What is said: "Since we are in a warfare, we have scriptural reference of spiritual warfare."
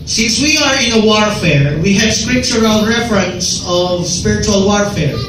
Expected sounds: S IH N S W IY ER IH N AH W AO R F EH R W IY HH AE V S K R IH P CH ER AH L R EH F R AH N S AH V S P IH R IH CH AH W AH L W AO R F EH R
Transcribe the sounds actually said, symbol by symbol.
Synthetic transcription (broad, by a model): S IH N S W IY ER IH N AH W AO R F EH R W IY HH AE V S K R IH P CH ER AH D R EH F R AH N S AH V S P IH R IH CH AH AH L W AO R F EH R